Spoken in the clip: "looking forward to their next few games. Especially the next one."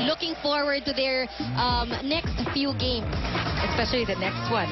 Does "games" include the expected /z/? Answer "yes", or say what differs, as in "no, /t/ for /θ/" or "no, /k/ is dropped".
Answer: no, /s/ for /z/